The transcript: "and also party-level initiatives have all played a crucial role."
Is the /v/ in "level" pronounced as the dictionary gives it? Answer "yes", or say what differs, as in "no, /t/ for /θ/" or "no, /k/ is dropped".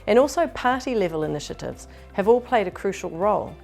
yes